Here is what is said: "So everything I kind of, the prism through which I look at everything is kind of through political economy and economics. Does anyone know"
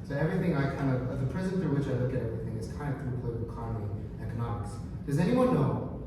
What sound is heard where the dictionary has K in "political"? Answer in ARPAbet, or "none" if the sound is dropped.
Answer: none